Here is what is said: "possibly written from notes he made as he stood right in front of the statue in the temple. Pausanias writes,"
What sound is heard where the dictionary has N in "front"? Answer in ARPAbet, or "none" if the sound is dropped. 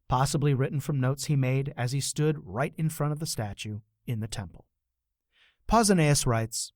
none